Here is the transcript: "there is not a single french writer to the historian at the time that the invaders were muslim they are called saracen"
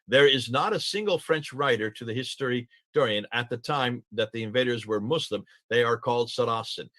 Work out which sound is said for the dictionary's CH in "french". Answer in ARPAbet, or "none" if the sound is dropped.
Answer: CH